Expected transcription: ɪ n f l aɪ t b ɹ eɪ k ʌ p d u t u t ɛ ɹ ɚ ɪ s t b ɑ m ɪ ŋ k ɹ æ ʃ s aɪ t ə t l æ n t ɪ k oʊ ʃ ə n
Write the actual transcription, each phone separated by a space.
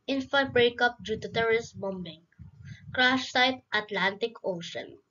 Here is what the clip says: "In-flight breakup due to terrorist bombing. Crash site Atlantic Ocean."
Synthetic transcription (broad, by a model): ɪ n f aɪ b ɹ eɪ k ʌ p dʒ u t u t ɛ ɹ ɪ s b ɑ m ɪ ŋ k ɹ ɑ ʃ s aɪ t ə t l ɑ n t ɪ k oʊ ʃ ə n